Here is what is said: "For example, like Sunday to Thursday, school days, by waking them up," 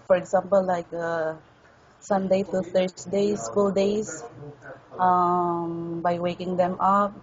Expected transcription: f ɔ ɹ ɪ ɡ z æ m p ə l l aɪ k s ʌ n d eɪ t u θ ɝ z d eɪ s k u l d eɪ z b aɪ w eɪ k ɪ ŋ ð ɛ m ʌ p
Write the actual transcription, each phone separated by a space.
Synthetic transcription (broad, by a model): f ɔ ɹ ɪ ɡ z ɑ m p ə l l aɪ k s ʌ n d eɪ t u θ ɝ s d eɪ s k u l d eɪ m b aɪ w eɪ k ɪ ŋ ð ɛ m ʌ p